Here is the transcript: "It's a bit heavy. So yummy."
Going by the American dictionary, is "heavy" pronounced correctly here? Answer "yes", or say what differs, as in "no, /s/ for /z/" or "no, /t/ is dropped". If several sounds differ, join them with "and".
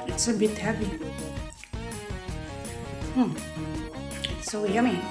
no, /p/ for /v/